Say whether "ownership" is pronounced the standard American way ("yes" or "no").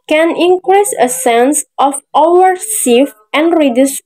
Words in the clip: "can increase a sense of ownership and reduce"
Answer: no